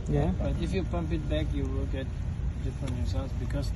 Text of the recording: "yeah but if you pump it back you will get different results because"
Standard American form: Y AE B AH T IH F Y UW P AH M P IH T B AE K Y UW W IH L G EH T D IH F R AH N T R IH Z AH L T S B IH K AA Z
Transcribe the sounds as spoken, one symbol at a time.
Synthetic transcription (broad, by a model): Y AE B AH T IH F Y UW P AH M P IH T B AE K Y UW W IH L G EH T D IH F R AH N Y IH S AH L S B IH K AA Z